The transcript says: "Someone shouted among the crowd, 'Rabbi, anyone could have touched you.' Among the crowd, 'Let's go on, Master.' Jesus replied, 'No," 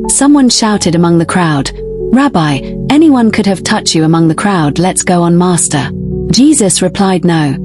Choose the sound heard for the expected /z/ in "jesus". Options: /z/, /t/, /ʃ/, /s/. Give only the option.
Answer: /z/